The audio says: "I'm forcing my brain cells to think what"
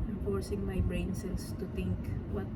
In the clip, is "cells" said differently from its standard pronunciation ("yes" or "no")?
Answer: yes